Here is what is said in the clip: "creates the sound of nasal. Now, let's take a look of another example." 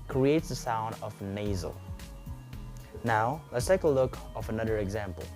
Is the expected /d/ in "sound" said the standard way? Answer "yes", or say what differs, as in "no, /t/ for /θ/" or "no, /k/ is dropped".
yes